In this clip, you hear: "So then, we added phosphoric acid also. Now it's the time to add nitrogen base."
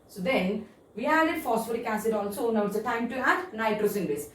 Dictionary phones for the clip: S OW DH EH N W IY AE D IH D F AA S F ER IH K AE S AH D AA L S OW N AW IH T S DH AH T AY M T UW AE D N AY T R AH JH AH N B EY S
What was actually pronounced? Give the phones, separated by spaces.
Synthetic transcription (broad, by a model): S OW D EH N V IY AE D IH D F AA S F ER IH K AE S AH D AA N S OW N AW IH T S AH T AY M T UW AE D N AY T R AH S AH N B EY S